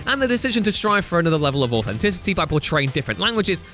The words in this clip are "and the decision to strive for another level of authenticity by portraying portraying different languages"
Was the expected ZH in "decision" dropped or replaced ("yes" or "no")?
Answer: no